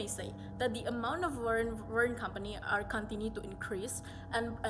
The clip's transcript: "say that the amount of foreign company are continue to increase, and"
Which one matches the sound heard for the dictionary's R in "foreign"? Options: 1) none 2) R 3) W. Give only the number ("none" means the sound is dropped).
3